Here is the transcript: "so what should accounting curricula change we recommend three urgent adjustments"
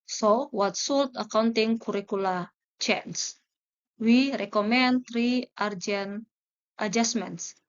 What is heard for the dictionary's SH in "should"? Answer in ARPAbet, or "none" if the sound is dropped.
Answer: S